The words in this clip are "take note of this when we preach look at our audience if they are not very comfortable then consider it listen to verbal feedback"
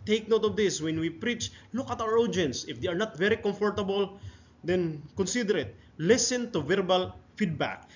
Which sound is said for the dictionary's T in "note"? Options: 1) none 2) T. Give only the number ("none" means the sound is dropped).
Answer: 2